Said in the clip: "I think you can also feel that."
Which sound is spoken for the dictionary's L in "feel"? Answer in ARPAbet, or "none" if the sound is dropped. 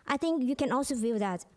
W